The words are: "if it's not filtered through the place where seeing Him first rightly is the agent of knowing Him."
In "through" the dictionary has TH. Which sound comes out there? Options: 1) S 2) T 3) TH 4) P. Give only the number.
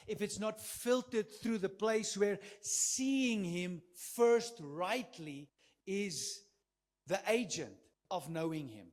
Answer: 3